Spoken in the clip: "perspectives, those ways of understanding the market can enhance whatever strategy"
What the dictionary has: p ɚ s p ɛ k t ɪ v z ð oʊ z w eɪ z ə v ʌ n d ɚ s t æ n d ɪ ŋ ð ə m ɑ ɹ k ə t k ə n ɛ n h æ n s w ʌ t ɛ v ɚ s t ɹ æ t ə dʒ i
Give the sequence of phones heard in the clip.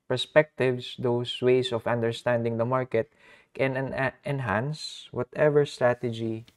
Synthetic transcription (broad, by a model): p ɚ s p ɛ k t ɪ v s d oʊ s w eɪ s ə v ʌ n d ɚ s t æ n d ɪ ŋ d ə m ɑ ɹ k ə t k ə n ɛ n h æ n s w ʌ t ɛ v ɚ s t ɹ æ t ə dʒ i